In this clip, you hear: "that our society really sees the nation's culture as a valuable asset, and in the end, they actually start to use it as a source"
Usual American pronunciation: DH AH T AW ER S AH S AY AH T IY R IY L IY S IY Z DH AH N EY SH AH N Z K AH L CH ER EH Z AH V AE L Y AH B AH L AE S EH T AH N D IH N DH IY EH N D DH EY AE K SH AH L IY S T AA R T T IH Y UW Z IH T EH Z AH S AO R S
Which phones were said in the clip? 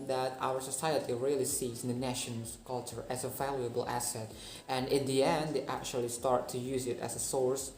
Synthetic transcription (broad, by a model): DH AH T AW ER S AH S AY AH T IY R IY L IY S IY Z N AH N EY SH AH N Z K AH L CH ER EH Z AH V AE L Y AH B AH L AE S EH T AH N IH N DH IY EH N D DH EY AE K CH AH L IY S T AA R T T IH Y UW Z IH T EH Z AH S AO R S